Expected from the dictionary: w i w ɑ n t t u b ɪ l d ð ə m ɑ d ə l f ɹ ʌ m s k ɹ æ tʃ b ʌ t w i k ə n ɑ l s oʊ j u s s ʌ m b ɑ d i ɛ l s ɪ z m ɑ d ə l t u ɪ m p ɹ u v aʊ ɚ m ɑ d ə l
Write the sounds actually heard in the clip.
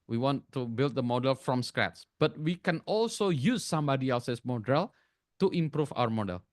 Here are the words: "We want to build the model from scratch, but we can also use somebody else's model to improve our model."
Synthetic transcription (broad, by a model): w i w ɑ n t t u b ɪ l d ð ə m ɑ d ə l f ɹ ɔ m s k ɹ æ s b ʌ t w i k ə n ɑ l s oʊ j u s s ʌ m b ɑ d i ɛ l s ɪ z m ɑ d ə l t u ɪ m p ɹ u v aʊ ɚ m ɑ d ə l